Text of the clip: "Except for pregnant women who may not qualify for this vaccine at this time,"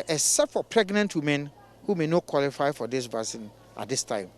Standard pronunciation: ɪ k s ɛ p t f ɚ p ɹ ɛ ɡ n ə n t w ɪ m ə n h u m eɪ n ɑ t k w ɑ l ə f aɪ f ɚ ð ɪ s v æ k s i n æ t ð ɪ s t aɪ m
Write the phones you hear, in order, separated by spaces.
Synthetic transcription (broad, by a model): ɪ s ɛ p f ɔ p ɹ ɛ ɡ n ə n t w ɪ m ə n h u m eɪ n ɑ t k w ɑ l ə f aɪ f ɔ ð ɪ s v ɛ s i n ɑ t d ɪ s t aɪ m